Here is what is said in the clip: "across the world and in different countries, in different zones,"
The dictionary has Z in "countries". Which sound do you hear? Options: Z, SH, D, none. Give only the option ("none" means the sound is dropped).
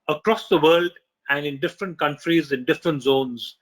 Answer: Z